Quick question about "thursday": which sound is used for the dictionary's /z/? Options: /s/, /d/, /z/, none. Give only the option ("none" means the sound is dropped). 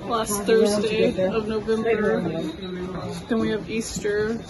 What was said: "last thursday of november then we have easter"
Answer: /z/